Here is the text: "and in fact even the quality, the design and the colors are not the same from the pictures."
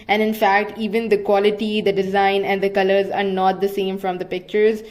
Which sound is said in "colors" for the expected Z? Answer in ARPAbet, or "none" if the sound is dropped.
Z